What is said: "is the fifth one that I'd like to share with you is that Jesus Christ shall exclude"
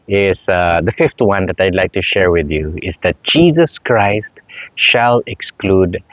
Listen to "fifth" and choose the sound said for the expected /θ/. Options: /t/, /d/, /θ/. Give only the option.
/t/